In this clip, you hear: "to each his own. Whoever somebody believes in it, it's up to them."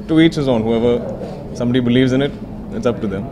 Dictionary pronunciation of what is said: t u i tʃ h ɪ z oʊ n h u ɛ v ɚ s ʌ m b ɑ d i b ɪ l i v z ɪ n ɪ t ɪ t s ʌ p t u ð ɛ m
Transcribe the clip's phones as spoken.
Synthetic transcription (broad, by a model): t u i tʃ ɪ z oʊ n h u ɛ v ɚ s ʌ m b ɑ d i b ɪ l i v z ɪ n ɪ t ɪ t s ʌ p t u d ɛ m